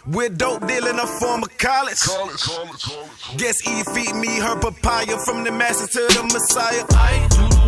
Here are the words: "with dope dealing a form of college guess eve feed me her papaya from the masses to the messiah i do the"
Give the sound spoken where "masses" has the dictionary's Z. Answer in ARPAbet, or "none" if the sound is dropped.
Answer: none